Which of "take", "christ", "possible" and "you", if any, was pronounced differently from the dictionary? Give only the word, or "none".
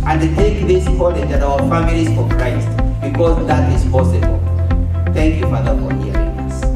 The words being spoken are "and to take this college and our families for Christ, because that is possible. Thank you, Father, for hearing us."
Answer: christ